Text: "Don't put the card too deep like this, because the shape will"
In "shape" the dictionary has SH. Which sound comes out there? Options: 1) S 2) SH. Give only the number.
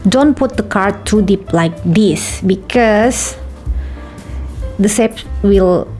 1